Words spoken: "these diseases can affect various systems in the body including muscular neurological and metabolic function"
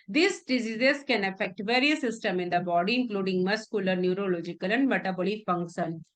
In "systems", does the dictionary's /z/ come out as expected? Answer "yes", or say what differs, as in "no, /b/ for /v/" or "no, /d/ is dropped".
no, /z/ is dropped